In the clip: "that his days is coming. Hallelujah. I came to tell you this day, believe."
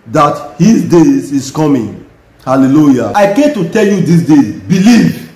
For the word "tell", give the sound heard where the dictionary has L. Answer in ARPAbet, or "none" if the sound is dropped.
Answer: L